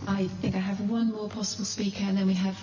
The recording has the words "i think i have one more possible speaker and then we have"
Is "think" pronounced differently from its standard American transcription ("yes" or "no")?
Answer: no